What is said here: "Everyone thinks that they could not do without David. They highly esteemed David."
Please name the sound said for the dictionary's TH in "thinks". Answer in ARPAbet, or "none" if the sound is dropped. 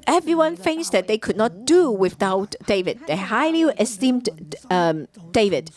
F